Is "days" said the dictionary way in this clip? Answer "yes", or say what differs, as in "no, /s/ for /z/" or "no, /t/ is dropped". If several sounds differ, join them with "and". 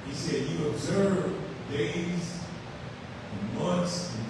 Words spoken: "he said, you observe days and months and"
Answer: no, /z/ is dropped